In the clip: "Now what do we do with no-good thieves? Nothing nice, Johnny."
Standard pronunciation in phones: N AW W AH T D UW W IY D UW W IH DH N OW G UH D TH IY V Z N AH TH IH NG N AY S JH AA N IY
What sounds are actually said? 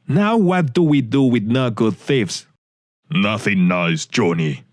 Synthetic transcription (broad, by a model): N AW W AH T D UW W IY D UW W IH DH N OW G UH D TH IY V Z N AH TH IH NG N AY S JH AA N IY